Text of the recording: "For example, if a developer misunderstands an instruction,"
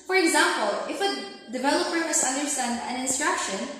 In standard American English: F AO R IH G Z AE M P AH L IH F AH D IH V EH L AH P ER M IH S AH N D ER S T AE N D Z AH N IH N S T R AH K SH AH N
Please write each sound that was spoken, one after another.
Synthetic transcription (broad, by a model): F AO R IH G Z AE M P AH L IH F AH D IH V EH L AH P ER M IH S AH N D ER S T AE N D AH N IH N S T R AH K SH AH N